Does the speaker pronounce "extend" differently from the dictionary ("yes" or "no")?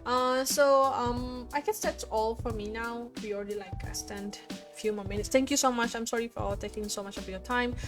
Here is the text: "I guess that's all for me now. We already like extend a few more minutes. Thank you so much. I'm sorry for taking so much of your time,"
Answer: yes